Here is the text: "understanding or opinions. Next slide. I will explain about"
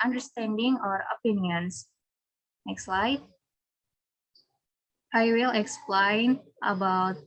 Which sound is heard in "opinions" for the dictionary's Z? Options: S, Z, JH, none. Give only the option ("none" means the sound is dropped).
S